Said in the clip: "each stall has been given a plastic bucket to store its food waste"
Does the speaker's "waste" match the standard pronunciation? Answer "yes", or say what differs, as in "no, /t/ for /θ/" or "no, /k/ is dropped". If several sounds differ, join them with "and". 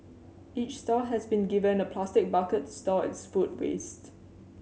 yes